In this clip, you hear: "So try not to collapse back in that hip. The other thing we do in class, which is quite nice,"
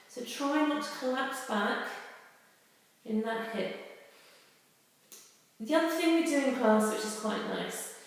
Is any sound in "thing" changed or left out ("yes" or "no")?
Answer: no